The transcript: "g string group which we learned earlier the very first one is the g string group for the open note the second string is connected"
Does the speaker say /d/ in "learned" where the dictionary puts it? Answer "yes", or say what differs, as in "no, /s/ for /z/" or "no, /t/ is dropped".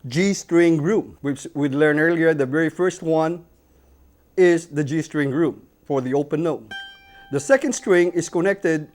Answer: no, /d/ is dropped